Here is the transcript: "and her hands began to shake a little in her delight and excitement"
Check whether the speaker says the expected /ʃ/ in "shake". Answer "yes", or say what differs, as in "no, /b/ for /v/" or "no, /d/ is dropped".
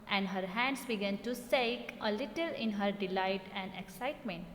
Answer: no, /s/ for /ʃ/